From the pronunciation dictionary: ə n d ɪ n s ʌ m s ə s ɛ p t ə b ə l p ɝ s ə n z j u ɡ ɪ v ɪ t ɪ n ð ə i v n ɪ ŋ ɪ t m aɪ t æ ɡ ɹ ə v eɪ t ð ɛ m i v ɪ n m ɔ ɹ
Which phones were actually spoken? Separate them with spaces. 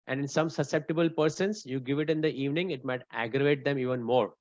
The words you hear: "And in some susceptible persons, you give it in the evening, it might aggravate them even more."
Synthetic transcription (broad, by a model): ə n d ɪ n s ʌ m s ə s ɛ p t ə b ə l p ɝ s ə n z j u ɡ ɪ v ɪ t ɪ n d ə i v n ɪ ŋ ɪ t m aɪ t æ ɡ ɹ ə v eɪ t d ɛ m i v ɪ n m ɔ ɹ